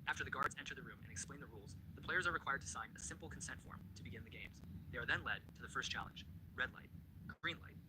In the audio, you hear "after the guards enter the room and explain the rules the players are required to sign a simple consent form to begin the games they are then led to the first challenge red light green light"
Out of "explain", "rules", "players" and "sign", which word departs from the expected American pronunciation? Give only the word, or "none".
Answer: none